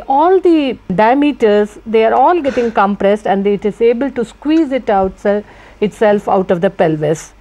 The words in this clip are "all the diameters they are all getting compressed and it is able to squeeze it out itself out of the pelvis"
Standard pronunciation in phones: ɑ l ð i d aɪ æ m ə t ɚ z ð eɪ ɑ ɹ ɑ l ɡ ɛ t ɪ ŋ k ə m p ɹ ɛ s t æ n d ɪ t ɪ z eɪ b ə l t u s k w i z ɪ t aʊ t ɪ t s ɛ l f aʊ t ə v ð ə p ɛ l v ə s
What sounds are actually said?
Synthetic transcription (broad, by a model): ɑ l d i d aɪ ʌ m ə t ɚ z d eɪ ɑ ɹ ɑ l ɡ ɛ t ɪ ŋ k ə m p ɹ ɛ s t æ n d ɪ t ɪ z eɪ b ə l t u s k w i z ɪ t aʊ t ɪ t s ɛ l f aʊ t ə v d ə p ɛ l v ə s